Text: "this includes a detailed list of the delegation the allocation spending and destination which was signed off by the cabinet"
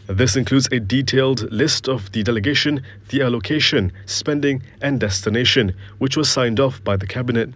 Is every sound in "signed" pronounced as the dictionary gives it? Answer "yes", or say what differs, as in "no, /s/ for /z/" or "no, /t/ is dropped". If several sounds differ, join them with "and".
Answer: yes